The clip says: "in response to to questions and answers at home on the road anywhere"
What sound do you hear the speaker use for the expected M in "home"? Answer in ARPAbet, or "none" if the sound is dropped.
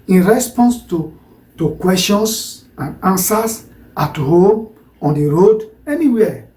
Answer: M